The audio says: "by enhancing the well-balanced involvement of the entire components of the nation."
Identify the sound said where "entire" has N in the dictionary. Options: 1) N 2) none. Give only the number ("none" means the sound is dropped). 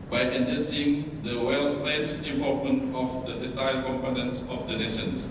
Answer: 2